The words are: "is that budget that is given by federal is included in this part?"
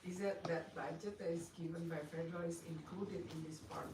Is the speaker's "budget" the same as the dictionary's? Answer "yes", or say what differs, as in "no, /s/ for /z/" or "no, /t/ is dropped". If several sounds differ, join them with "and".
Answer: no, /dʒ/ is dropped